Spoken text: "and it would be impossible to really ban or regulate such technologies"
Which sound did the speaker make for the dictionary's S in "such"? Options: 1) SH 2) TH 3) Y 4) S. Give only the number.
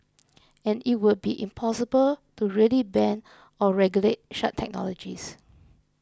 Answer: 1